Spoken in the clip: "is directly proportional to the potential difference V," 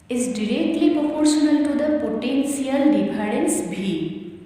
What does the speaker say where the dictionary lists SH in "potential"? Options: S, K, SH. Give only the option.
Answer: S